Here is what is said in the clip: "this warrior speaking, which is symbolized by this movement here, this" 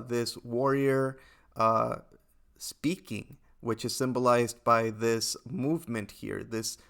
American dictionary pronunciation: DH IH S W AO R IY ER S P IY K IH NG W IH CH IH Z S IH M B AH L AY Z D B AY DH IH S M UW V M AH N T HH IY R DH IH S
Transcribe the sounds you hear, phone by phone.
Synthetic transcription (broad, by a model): DH IH S W AO R IY ER S P IY K IH NG W IH CH IH Z S IH M B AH L AY Z B AY DH IH S M UW V M AH N T HH IY R DH IH S